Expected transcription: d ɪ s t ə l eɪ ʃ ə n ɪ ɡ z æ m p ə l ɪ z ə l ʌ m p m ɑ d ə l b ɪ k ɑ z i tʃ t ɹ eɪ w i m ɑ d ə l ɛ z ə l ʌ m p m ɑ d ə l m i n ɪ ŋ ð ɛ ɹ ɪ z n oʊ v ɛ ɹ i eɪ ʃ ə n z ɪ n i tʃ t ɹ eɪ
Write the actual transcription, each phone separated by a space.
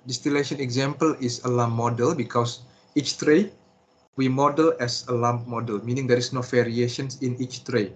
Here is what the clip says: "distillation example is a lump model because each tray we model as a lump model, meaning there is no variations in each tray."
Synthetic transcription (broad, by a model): d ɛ s t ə l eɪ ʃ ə n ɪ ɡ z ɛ m p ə l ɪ s ə l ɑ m m ɑ d ə l b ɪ k ɑ s i tʃ t ɹ eɪ w i m ɑ d ə l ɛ s ə l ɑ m m ɑ d ə l m i n ɪ ŋ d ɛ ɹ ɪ s n oʊ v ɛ ɹ i eɪ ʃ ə n s ɪ n i tʃ t ɹ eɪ